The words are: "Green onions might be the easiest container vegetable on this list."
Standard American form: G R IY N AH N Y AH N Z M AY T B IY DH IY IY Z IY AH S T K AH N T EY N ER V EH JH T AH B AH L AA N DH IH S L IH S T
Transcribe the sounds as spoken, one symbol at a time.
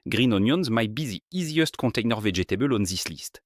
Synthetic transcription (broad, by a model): G R IY N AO N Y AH N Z M AY T B IY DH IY IY Z IY AH S T K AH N T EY N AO V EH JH T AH B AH L AA N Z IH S L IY S T